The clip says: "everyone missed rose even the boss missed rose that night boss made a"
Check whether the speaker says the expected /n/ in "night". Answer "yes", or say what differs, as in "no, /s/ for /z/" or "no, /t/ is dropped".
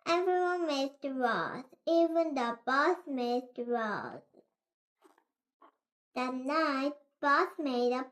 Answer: yes